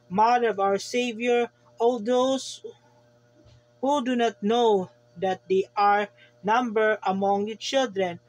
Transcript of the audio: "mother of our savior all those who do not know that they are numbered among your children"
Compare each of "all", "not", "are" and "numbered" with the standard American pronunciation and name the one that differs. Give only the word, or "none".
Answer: numbered